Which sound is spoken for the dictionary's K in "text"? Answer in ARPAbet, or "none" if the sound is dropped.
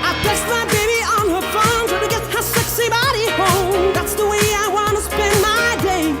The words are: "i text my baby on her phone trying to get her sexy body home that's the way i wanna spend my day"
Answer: none